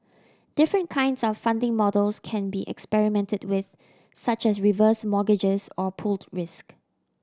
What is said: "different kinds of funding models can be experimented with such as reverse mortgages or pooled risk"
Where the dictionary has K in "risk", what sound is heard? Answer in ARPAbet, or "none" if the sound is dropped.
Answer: K